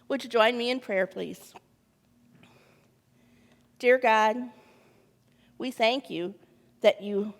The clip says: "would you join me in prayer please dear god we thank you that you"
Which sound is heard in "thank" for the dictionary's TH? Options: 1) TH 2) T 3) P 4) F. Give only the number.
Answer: 1